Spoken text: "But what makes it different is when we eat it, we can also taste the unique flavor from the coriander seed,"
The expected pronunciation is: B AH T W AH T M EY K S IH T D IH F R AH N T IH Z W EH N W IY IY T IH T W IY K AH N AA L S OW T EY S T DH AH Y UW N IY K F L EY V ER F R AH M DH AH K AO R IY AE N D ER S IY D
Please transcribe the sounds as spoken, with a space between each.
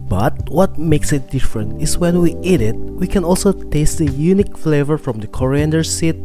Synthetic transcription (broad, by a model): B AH T W AH T M EY K S IH T D IH F R AH N T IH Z W EH N W IY IY T IH T W IY K AH N AA L S OW T EY S T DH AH Y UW N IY K F L EY V ER F R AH M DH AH K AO R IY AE N D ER S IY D